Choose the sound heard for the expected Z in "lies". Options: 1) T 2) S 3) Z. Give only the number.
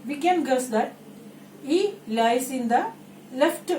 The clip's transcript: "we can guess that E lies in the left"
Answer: 2